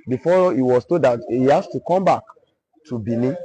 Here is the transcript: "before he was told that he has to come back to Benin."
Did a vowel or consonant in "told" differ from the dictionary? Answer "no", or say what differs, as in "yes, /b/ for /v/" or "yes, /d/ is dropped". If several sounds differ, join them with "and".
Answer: yes, /l/ is dropped